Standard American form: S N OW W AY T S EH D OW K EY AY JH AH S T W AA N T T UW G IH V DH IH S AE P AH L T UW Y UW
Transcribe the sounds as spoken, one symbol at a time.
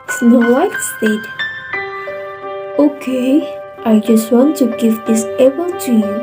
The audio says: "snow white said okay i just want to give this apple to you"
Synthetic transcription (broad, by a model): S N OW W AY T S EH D OW K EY AY JH AH S T W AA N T T UW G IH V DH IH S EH B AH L T UW Y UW